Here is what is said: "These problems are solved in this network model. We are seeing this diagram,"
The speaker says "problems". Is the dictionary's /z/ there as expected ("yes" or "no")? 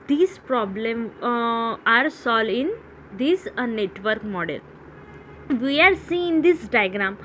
no